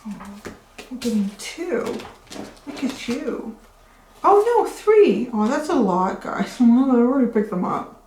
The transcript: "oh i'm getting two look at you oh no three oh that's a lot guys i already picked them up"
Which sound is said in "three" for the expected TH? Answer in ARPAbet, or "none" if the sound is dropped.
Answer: TH